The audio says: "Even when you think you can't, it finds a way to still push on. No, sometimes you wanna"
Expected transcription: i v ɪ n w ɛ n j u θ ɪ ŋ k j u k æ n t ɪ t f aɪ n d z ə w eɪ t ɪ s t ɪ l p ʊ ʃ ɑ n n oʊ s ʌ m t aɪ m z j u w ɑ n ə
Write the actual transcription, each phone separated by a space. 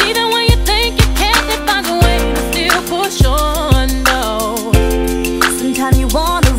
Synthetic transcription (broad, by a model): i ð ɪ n w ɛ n j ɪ θ ɪ ŋ k j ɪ k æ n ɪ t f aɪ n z ə w eɪ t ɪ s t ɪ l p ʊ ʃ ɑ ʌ n oʊ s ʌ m t aɪ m j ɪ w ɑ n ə